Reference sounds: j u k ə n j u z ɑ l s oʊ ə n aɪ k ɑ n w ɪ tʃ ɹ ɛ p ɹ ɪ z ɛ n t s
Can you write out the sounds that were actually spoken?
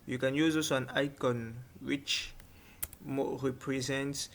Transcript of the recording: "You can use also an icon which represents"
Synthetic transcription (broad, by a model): j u k ə n j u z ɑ s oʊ ə n aɪ k ɑ n w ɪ tʃ ɹ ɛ p ɹ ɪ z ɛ n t s